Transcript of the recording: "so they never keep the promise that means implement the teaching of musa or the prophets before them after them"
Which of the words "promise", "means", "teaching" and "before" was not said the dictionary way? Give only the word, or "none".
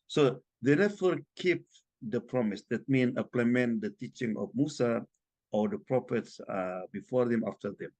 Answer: means